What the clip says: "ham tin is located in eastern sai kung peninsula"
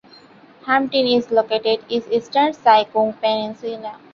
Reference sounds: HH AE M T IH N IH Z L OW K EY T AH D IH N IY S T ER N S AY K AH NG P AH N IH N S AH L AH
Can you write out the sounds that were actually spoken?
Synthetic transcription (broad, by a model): HH AE M T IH N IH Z L OW K EY T AH D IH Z IY S T ER N S AY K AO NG P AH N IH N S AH N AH